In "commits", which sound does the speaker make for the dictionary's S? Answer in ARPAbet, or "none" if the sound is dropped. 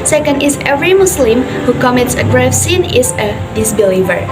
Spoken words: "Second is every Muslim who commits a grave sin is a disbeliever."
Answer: S